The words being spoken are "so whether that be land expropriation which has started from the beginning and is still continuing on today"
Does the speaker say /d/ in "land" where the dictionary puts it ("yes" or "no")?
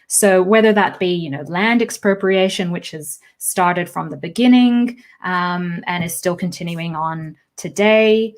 yes